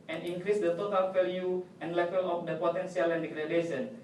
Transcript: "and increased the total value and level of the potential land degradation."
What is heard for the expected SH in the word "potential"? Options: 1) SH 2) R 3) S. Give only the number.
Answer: 3